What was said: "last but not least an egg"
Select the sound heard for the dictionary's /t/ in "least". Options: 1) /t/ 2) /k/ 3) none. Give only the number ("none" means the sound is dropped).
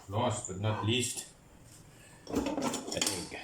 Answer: 1